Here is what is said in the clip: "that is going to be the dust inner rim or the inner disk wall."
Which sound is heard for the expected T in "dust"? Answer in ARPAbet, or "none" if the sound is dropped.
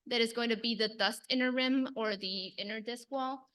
T